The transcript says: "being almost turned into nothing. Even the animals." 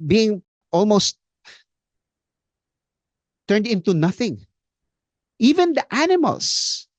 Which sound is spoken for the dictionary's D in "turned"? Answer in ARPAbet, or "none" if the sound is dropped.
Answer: D